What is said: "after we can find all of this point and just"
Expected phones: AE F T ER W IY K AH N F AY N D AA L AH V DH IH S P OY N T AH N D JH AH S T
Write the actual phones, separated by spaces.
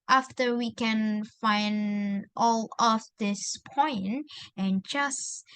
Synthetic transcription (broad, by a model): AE F T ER W IY K AH N F AY N D AA L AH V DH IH S P OY N T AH N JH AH S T